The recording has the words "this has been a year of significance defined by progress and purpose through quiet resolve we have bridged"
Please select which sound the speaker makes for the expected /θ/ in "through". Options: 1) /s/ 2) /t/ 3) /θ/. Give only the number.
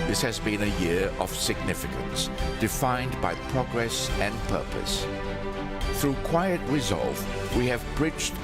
3